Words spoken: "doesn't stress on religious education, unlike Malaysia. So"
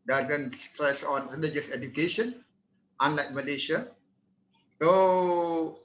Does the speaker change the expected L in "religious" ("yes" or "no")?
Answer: yes